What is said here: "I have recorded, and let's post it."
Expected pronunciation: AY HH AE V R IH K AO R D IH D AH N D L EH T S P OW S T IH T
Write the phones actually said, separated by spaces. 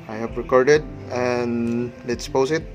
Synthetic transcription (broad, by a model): AY HH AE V R IH K AO R D IH D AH N L EH T S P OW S IH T